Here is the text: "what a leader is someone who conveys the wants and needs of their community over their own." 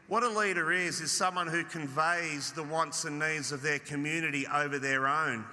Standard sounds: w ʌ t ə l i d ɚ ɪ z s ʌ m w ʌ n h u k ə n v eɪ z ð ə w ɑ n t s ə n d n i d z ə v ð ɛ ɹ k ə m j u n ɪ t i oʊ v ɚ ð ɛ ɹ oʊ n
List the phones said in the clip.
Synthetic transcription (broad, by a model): w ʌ t ə l i d ɚ ɪ z s ʌ m w ʌ n h u k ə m v eɪ z ð ə w ɑ n t s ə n n i d z ə v ð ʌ ɹ k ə m j u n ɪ t i oʊ v ɚ ð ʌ ɹ oʊ n